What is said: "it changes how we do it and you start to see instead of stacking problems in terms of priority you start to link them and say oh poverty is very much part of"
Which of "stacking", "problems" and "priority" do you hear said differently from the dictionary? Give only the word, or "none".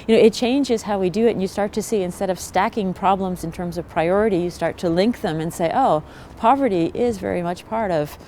none